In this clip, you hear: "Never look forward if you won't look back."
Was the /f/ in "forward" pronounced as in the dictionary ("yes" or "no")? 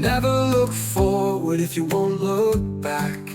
yes